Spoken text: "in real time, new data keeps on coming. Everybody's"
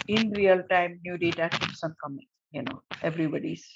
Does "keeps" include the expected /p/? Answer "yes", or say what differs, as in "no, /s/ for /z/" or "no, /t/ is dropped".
no, /p/ is dropped